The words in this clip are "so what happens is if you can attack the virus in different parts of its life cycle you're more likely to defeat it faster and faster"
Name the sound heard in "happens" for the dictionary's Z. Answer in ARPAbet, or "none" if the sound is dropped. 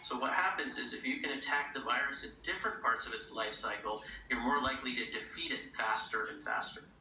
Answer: Z